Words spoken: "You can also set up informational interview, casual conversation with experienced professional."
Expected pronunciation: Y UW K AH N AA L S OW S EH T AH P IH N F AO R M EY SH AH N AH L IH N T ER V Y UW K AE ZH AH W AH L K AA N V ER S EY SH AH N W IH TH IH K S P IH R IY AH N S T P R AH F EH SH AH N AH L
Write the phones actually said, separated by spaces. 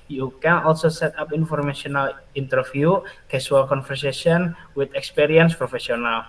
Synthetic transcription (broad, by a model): Y UW K AH N AA L S OW S EH T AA P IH N F AO R M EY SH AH N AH L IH N T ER F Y UW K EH S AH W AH L K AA N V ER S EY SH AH N W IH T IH K S P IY R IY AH N S P R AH F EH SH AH N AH L